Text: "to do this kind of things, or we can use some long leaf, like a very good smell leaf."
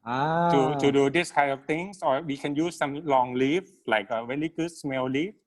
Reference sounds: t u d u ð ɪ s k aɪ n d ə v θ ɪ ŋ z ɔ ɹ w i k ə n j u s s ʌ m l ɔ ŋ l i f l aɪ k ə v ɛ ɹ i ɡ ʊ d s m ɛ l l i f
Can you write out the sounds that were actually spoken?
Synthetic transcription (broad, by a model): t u d u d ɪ s k aɪ n d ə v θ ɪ ŋ s ɔ ɹ w i k ə n j u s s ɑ m l ɔ ŋ l i f l aɪ k ə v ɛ l i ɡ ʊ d s m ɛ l l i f